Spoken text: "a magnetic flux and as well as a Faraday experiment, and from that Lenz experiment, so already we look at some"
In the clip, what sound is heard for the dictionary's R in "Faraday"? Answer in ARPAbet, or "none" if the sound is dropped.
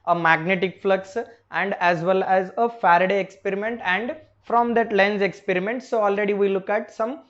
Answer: R